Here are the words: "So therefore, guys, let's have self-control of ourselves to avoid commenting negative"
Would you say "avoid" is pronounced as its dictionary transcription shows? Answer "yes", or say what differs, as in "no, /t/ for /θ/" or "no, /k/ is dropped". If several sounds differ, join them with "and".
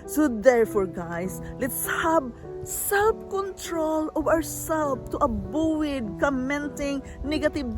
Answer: no, /w/ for /v/